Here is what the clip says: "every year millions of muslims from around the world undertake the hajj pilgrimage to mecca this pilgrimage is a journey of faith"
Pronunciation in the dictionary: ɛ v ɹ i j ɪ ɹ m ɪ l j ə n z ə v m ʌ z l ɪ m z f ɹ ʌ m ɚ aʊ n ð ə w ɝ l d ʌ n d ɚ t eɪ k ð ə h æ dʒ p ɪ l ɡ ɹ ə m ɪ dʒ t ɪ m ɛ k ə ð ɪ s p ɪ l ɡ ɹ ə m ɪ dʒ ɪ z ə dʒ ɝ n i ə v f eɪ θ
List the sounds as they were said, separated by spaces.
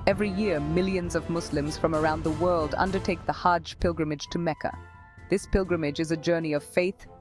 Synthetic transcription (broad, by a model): ɛ v ɹ i j ɪ ɹ m ɪ l j ə n z ə v m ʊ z l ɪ m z f ɹ ʌ m ɚ aʊ n ð ə w ɝ l d ʌ n d ɚ t eɪ k ð ə h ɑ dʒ p ɪ l ɡ ɹ ə m ɪ dʒ t ɪ m ɛ k ə ð ɪ s p ɪ l ɡ ɹ ə m ɪ dʒ ɪ z ə dʒ ɝ n i ə v f eɪ θ